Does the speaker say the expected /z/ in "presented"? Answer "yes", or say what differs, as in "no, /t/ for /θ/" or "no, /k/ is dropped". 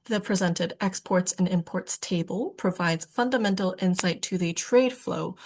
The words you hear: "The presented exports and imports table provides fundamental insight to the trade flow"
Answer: yes